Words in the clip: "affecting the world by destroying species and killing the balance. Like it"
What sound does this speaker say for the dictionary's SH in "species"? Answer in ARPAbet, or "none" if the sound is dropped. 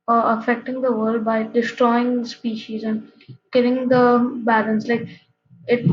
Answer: SH